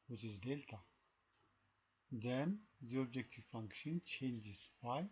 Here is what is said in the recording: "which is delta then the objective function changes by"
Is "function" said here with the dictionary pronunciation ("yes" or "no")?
yes